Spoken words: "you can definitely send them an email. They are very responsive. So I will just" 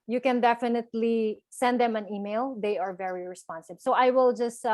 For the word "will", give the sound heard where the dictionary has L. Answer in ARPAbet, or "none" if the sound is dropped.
L